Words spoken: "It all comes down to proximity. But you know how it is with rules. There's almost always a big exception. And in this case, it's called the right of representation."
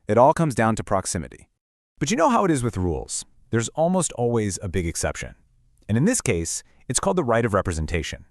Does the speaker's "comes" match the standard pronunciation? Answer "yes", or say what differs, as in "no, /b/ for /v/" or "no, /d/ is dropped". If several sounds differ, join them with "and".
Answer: yes